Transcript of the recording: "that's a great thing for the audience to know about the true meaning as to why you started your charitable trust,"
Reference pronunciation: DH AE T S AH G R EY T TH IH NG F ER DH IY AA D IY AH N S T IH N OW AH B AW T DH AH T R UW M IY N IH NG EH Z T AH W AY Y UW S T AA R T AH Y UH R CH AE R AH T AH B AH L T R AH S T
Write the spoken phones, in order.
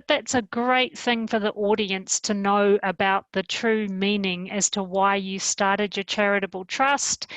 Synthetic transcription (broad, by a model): DH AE T S AH G R EY T TH IH NG F ER DH IY AA D IY AH N S T IH N OW AH B AW T DH AH T R UW M IY N IH NG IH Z T AH W AY Y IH S T AA R T AH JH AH R CH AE R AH T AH B L T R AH S T